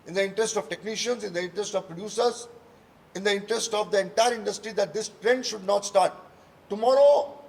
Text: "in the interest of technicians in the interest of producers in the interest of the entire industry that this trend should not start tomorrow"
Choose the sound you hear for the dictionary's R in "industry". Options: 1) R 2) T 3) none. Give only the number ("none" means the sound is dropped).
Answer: 1